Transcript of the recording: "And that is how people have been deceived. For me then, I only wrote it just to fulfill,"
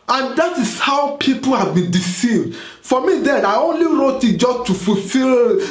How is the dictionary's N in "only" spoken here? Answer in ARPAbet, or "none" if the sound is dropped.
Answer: N